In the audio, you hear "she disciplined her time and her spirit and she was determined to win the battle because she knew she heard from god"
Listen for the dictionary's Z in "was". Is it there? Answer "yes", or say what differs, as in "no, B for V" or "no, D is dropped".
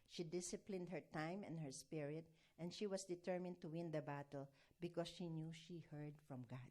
no, S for Z